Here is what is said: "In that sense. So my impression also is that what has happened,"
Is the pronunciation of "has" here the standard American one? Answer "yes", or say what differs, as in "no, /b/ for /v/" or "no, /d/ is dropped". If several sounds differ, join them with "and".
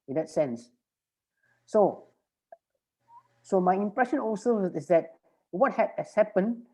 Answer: no, /s/ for /z/